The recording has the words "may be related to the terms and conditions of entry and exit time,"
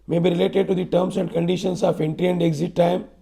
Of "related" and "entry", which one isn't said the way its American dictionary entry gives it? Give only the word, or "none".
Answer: entry